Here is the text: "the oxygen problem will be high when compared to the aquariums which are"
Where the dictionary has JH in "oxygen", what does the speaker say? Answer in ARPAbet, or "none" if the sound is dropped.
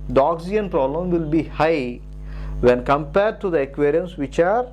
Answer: none